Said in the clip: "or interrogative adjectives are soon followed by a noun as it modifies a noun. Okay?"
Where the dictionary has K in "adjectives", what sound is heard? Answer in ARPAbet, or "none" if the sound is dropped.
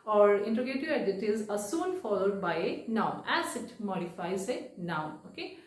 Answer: none